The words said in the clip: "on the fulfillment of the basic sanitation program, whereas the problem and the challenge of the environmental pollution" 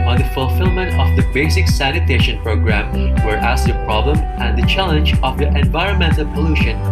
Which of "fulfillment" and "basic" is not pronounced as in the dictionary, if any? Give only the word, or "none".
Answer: none